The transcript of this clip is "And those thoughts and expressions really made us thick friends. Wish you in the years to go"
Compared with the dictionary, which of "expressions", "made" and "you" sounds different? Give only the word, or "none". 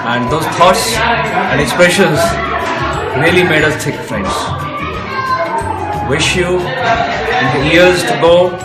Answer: none